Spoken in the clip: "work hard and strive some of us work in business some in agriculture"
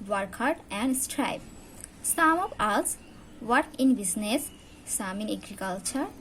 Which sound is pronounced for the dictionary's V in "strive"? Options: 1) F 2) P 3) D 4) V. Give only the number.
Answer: 2